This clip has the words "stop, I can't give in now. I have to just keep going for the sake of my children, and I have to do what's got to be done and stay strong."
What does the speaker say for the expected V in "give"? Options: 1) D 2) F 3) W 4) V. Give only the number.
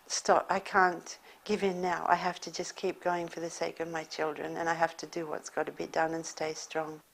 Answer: 4